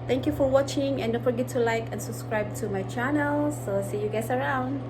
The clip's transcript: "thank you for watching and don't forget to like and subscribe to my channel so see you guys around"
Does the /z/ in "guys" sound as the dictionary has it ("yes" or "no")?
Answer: no